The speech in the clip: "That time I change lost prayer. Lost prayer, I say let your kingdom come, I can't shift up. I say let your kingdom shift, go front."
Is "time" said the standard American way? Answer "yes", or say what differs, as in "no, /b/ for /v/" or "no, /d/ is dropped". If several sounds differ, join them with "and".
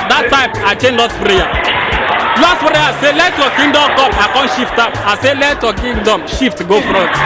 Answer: yes